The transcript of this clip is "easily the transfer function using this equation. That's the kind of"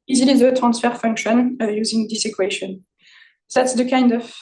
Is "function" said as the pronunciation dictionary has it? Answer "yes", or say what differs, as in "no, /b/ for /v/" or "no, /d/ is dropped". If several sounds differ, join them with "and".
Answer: yes